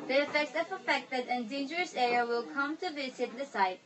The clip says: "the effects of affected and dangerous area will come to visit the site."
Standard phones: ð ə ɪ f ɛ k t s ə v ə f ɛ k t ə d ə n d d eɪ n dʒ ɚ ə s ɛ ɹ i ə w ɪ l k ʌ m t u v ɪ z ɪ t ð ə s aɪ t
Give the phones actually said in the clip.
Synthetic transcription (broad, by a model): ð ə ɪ f ɛ k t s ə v ə f ɛ k t ə d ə n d d eɪ n dʒ ɚ ə s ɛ ɹ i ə w ɪ l k ʌ m t u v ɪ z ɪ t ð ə s aɪ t